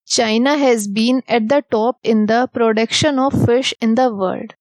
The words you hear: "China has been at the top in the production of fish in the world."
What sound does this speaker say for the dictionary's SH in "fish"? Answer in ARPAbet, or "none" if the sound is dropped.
SH